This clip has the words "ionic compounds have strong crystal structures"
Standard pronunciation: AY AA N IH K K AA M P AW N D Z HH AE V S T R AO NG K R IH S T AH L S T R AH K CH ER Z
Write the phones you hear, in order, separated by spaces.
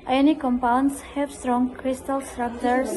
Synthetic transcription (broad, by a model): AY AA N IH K K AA M P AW N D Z HH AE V S T R AO NG K R IH S T AH L S T R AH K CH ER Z